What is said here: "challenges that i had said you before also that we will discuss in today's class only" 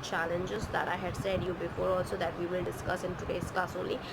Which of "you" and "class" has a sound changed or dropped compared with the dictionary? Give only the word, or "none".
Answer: class